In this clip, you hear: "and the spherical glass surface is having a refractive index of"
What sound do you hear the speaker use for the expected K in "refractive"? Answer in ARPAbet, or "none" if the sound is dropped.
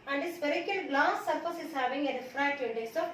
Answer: none